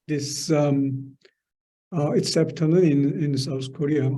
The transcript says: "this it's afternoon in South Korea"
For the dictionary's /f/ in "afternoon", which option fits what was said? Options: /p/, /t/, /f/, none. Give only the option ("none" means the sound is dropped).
/p/